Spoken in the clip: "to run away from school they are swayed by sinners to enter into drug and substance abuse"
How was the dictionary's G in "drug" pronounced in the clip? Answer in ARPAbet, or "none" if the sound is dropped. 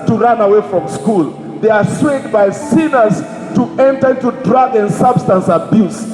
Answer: G